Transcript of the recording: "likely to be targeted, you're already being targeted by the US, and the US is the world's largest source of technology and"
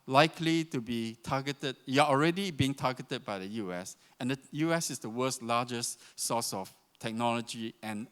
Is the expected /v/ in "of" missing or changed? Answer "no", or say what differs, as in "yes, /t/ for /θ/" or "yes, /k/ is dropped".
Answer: yes, /f/ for /v/